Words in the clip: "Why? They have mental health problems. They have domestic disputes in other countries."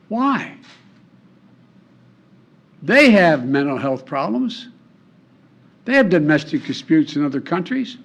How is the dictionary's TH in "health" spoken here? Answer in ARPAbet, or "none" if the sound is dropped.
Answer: TH